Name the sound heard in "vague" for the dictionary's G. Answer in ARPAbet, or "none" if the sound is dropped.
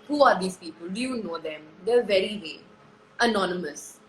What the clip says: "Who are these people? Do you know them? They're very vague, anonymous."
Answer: none